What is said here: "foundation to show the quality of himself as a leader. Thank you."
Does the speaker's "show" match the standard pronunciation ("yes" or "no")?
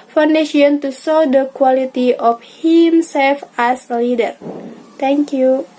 no